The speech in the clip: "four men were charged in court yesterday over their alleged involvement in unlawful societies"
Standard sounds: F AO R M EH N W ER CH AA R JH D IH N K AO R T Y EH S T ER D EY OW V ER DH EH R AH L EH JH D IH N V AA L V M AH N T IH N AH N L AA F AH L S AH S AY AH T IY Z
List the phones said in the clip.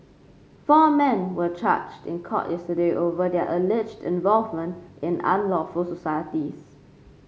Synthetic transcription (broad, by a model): F AO M EH N W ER CH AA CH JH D IH N K AO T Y EH S T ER D EY OW V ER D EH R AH L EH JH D IH N V AA L V M AH N T IH N AH N L AA F AH L S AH S AY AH T IY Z